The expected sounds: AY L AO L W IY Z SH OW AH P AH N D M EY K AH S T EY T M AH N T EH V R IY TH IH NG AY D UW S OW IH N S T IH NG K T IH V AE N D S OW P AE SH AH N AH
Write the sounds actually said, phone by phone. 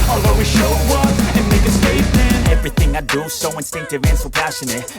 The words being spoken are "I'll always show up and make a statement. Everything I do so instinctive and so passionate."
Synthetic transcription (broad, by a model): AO L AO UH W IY SH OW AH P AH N M EY K AH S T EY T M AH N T EH V R IY TH IH NG AY D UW S OW IH N S T IH NG K T IH V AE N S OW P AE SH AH N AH